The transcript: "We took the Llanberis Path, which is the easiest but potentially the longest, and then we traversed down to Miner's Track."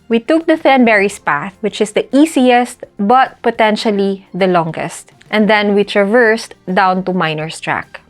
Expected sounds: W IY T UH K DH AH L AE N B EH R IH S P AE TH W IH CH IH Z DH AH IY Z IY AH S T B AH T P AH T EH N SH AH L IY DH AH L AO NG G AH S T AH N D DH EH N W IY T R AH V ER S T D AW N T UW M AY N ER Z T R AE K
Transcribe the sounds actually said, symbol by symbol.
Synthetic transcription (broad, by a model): W IY T UH K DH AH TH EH N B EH R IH S P AE TH W IH CH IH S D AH IY S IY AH S T B AH T P AH T EH N SH AH L IY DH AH L AO NG G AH S T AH N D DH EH N W IY T R AH V ER S T D AW N T UW M AY N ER S T R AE K